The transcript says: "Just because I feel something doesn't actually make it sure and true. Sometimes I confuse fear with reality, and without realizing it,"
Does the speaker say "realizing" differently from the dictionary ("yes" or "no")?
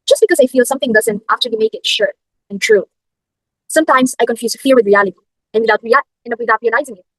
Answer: yes